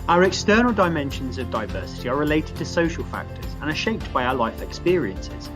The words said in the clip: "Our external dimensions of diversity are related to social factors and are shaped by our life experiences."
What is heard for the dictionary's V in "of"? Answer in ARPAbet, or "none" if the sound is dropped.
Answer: V